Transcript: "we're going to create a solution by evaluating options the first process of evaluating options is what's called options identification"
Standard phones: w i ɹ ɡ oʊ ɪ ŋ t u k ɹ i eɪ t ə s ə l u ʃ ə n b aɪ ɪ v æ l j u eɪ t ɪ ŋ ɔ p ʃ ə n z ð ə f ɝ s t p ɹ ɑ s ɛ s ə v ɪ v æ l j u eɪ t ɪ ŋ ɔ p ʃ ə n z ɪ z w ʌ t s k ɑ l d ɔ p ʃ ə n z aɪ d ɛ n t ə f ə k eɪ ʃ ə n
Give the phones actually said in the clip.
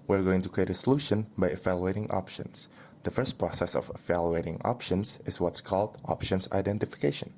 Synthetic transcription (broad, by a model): w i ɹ ɡ oʊ ɪ ŋ t u k ɹ i eɪ t ə s ə l u ʃ ə n b aɪ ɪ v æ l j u eɪ t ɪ ŋ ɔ p ʃ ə n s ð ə f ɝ s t p ɹ ɑ s ɛ s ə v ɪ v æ l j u eɪ t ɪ ŋ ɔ p ʃ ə n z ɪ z w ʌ t s k ɑ l d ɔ p ʃ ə n s aɪ d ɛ n t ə f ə k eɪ ʃ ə n